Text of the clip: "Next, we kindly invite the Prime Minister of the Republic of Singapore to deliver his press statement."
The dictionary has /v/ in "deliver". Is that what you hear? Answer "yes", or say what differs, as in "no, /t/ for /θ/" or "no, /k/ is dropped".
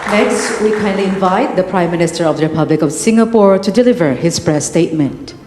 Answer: yes